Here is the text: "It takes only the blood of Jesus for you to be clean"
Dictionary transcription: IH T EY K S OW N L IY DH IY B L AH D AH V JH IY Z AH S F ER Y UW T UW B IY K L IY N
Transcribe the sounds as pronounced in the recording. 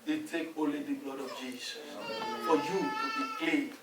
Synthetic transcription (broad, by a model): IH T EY K OW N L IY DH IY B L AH D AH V JH IY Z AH S F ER Y UW T UW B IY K L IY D